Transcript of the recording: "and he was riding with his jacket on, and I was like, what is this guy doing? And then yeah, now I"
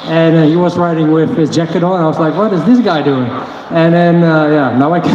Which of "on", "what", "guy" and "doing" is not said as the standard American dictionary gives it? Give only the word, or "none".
on